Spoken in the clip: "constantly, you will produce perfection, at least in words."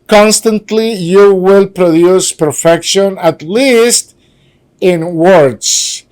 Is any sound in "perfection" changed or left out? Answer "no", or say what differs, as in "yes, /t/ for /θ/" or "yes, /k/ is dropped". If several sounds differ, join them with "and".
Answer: no